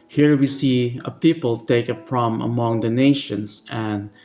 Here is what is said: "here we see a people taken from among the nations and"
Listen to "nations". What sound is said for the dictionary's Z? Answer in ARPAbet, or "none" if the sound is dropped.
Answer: S